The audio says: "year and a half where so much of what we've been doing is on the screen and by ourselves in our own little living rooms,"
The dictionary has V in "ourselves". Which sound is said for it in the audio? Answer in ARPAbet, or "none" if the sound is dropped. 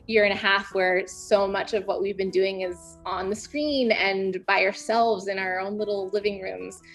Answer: V